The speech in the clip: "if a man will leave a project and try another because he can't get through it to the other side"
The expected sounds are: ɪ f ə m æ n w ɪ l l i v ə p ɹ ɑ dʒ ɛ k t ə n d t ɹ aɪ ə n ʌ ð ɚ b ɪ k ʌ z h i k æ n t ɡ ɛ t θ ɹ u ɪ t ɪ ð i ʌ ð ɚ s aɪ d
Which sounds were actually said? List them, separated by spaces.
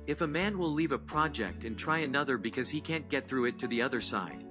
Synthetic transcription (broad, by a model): ɪ f ə m æ n w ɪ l l i v ə p ɹ ɑ dʒ ɛ k t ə n t ɹ aɪ ə n ʌ ð ɚ b ɪ k ʌ z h i k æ n ɡ ɛ t θ ɹ u ɪ t ɪ ð i ʌ ð ɚ s aɪ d